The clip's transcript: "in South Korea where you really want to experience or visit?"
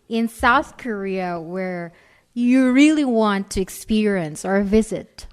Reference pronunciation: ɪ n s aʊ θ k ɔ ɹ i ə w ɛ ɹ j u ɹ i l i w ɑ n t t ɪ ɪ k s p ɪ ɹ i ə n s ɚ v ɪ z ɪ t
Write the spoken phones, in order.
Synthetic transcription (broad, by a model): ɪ n s aʊ θ k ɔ ɹ i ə w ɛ ɹ j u ɹ i l i w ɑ n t t ɪ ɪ k s p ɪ ɹ i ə n s ɚ v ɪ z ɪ t